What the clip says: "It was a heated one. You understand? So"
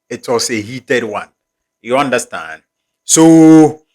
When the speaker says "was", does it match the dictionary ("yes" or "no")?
no